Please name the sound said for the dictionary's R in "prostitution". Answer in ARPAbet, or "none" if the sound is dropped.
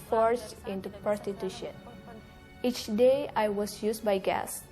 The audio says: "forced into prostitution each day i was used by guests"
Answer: none